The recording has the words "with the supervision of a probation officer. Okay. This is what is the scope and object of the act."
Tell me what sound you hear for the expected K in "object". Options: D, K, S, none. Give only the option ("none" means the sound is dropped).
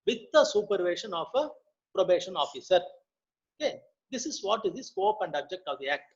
K